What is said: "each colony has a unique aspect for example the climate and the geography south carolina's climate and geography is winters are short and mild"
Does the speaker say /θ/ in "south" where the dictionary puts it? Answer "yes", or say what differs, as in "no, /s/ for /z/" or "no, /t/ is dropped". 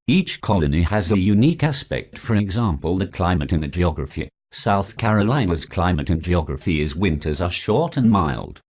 yes